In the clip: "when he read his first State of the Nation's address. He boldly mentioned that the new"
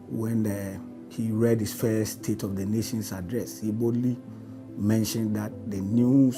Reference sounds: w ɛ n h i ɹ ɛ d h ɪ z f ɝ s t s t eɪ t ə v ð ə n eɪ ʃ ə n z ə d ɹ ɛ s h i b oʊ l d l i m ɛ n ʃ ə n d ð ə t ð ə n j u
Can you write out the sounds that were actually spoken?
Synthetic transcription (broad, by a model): w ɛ n h i ɹ ɛ d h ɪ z f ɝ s s t eɪ t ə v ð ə n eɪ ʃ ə n s ə d ɹ ɛ s h i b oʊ d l i m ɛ n ʃ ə n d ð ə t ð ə n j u